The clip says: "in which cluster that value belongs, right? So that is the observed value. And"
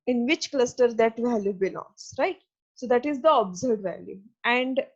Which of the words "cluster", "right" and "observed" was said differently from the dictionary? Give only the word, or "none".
observed